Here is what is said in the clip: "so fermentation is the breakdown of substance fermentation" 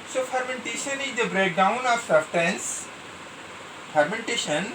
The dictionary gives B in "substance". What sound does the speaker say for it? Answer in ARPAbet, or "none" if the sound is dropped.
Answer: none